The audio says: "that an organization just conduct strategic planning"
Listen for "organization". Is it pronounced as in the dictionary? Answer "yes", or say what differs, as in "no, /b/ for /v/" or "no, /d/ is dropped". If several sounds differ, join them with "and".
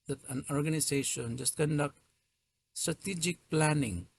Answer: no, /s/ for /z/